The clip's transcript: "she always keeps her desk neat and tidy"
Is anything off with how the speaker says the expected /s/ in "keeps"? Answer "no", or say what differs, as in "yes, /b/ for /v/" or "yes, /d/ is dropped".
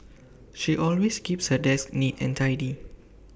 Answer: no